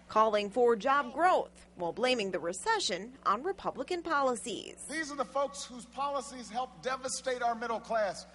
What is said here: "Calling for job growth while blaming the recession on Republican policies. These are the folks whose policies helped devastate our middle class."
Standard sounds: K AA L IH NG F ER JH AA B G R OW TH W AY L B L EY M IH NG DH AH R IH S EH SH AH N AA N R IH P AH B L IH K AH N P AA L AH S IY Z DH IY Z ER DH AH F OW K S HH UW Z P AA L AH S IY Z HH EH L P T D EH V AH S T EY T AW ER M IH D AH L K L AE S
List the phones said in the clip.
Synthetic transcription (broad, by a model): K AA L IH NG F ER JH AA B G R OW TH W AY L B L EY M IH NG DH AH R IH S EH SH AH N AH N R IH P AH B L IH K AH N P AA L AH S IY Z DH IY Z ER DH AH F OW K S HH UW Z P AA L AH S IY Z HH EH L P D EH V AH S T EY T AW ER M IH D L K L AE S